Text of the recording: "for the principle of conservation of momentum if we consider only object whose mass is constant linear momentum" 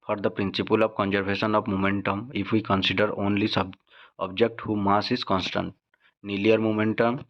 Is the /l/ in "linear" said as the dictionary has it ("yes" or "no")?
no